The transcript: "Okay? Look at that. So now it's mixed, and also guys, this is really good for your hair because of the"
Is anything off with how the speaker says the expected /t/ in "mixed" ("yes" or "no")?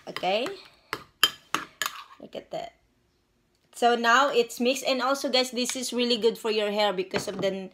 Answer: yes